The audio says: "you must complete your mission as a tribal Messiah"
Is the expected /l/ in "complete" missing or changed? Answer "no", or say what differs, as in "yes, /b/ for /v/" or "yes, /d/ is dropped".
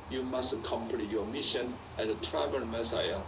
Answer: yes, /n/ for /l/